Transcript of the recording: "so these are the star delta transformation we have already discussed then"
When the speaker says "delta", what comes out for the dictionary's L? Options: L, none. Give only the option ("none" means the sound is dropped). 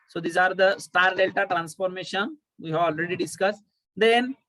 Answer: L